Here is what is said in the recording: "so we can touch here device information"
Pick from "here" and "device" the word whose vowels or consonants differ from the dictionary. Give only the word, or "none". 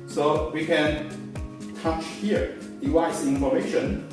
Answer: device